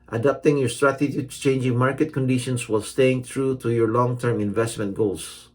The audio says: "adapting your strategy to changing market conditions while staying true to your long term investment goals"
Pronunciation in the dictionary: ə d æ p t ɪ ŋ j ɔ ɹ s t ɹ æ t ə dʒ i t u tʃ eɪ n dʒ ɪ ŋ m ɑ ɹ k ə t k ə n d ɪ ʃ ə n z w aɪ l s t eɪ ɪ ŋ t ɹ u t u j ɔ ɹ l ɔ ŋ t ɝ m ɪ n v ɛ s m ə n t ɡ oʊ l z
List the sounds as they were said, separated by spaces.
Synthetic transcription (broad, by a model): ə d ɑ p t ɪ ŋ j ɔ ɹ s t ɹ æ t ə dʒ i t u tʃ eɪ n dʒ ɪ ŋ m ɑ ɹ k ə t k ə n d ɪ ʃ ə n s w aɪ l s t eɪ ɪ ŋ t ɹ u t u j ɔ ɹ l ɔ ŋ t ɝ m ɪ n v ɛ s m ə n t ɡ oʊ l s